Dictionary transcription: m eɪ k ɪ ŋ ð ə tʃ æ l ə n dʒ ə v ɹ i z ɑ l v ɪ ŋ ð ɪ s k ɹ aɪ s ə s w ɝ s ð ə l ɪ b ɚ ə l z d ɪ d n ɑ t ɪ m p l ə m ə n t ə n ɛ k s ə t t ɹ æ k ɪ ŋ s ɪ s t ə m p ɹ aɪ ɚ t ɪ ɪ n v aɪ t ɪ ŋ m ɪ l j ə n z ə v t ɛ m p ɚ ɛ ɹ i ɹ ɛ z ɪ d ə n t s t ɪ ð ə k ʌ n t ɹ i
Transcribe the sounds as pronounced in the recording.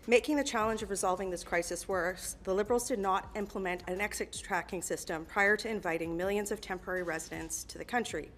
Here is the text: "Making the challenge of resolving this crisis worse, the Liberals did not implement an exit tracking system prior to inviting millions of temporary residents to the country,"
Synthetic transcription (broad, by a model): m eɪ k ɪ ŋ ð ə tʃ æ l ə n dʒ ə v ɹ i z ɑ l v ɪ ŋ ð ɪ s k ɹ aɪ s ə s w ɝ s ð ə l ɪ b ɚ l z d ɪ d n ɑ t ɪ m p l ə m ə n t ə n ɛ k s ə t t ɹ æ k ɪ ŋ s ɪ s t ə m p ɹ aɪ ɚ t ɪ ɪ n v aɪ t ɪ ŋ m ɪ l j ə n z ə v t ɛ m p ɚ ɛ ɹ i ɹ ɛ z ɪ d ə n t s t ɪ ð ə k ʌ n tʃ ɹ i